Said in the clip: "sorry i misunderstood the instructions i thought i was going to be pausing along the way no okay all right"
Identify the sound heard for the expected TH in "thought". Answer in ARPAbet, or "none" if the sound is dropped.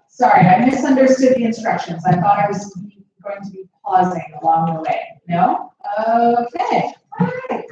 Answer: TH